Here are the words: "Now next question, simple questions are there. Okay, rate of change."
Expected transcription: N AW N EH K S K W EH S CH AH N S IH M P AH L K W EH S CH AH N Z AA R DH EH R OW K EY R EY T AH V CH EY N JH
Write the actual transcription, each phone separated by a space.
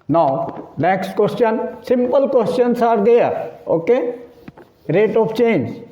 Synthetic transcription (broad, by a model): N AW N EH K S K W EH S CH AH N S IH M P AH L K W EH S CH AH N S AA R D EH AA OW K EY R EY T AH P CH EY N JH